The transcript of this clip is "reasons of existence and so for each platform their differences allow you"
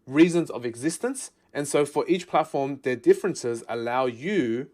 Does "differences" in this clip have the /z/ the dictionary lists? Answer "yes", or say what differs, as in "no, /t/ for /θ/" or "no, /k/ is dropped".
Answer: yes